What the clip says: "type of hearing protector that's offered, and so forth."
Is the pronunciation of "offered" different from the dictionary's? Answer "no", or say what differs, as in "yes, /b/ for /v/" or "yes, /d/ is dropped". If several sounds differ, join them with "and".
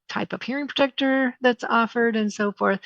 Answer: no